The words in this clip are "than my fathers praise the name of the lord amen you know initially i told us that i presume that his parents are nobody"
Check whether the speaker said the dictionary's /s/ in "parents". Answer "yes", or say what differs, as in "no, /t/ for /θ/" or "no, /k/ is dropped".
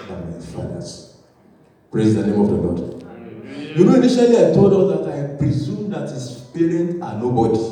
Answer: no, /s/ is dropped